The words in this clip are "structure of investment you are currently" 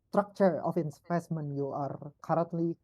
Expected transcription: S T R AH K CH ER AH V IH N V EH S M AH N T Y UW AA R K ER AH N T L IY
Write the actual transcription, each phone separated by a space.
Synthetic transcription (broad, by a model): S T R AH K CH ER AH F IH N P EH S M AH N Y UW AA R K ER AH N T L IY